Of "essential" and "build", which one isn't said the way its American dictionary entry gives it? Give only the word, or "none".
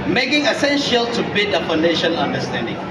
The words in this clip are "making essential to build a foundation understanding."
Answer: build